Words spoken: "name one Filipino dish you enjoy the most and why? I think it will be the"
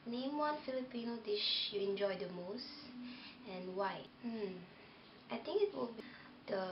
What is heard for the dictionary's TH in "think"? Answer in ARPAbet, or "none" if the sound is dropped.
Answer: T